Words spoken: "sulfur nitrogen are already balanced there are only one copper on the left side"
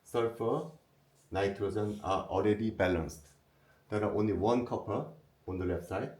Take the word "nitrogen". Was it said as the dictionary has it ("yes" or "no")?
no